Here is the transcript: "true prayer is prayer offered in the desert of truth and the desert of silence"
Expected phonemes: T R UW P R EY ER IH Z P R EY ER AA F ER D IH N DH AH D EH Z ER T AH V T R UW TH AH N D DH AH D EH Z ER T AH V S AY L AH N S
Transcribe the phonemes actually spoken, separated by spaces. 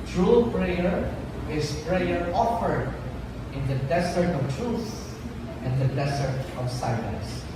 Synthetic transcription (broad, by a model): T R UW P R EY ER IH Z P R EY ER AA F ER D IH N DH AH D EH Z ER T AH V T R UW S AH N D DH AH D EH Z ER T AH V S AY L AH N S